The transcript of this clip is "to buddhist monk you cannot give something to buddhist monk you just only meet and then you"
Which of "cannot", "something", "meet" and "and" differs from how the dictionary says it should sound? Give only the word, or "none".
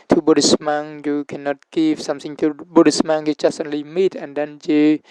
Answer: something